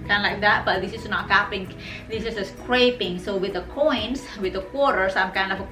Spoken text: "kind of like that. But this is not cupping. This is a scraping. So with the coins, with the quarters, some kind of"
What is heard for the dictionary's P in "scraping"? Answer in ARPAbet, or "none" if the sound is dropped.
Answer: P